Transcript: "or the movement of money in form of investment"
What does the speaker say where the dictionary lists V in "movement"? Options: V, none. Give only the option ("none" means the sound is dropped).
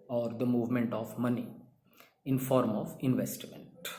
V